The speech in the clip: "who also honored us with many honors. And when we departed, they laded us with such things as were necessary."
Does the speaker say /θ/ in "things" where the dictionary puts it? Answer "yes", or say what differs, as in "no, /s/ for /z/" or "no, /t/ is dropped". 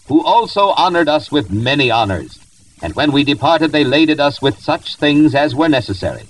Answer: yes